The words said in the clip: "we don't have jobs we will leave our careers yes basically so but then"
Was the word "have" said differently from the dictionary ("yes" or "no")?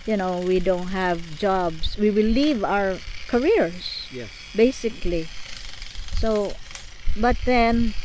no